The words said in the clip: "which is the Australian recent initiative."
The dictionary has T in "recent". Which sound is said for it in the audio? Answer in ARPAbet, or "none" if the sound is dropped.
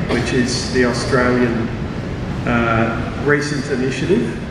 T